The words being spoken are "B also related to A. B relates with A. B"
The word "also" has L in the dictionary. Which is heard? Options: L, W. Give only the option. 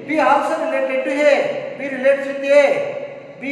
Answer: W